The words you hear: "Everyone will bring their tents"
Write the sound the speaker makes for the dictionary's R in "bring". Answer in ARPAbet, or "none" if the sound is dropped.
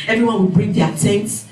R